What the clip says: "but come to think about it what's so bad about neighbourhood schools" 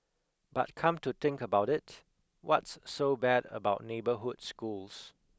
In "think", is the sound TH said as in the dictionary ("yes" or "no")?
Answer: no